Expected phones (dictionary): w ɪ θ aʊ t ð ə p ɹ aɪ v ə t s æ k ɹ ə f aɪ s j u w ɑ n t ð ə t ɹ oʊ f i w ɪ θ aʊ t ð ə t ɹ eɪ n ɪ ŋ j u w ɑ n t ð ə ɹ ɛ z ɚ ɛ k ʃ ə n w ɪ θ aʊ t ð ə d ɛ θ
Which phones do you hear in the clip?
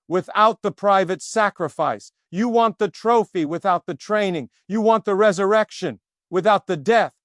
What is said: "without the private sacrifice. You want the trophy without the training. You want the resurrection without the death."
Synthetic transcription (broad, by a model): w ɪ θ aʊ t ð ə p ɹ aɪ v ə t s æ k ɹ ə f aɪ s j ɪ w ɑ n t ð ə t ɹ oʊ f i w ɪ θ aʊ t ð ə t ɹ eɪ n ɪ ŋ j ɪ w ɑ n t ð ə ɹ ɛ z ɚ ɛ k ʃ ə n w ɪ θ aʊ t ð ə d ɛ θ